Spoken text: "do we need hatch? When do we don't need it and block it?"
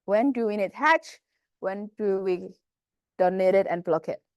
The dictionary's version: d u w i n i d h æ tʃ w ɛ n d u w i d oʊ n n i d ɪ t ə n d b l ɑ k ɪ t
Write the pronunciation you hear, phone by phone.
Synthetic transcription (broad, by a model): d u w i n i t h æ tʃ w ɛ n d u w i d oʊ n n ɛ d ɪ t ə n b l ɑ k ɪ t